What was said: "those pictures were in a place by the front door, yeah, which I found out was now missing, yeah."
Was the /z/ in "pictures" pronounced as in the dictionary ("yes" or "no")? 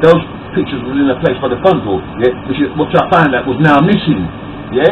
yes